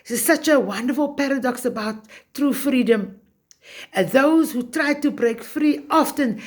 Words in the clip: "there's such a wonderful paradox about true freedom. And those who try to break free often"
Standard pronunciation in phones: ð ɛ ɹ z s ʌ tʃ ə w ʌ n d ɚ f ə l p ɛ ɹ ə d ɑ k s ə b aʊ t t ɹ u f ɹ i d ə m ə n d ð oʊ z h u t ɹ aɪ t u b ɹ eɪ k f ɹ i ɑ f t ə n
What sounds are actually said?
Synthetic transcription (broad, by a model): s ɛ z s ʌ tʃ ə w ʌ n d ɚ f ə l p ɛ ɹ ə d ɑ k s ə b aʊ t t ɹ u f ɹ i d ə m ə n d ð oʊ z h u t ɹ aɪ t u b ɹ eɪ k f ɹ i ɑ f t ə n